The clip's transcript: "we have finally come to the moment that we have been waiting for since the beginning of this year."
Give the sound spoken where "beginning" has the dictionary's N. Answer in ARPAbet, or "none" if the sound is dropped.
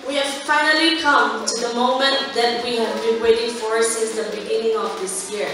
N